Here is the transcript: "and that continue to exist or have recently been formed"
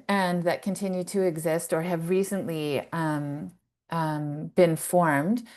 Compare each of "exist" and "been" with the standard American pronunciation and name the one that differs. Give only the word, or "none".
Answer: none